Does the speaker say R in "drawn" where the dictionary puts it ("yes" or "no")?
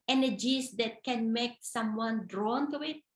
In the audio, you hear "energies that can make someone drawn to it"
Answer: yes